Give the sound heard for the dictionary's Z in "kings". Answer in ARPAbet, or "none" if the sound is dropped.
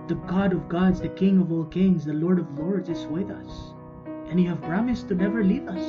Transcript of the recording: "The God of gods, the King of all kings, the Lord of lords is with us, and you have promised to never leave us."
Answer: Z